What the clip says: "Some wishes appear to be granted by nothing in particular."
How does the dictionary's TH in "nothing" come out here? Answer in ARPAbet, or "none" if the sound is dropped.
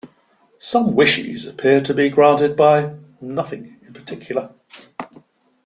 TH